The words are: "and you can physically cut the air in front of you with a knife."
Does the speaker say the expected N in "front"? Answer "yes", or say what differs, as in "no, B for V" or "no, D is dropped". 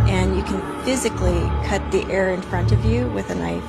yes